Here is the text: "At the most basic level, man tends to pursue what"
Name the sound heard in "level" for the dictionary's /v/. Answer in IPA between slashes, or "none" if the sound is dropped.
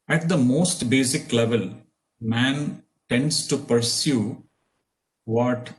/v/